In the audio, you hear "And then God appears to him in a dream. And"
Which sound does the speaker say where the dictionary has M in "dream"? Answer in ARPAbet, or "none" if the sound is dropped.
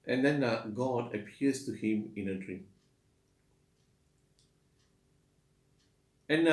none